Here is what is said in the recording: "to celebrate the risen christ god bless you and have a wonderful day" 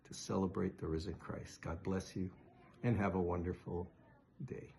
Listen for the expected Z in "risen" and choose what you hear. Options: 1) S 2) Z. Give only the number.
2